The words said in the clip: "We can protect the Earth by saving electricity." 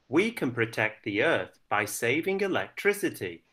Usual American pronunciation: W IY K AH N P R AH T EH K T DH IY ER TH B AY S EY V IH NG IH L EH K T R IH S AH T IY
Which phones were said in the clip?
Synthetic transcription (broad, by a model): W IY K AH N P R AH T EH K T DH IY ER TH B AY S EY V IH NG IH L EH K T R IH S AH T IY